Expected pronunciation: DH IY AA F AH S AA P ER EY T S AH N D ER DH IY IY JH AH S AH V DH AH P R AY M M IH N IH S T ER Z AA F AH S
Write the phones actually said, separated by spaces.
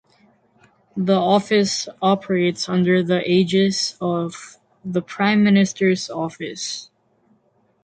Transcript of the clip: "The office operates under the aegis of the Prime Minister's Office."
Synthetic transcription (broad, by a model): DH IY AA F AH S AA P ER EY T S AH N D ER DH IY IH JH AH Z AH V DH AH P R AY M M IH N IH S T ER Z AA F AH S